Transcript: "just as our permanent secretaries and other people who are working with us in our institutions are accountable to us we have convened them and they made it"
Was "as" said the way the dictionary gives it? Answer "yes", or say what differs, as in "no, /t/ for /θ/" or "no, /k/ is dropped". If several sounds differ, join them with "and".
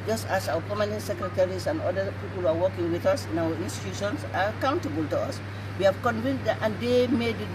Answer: no, /s/ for /z/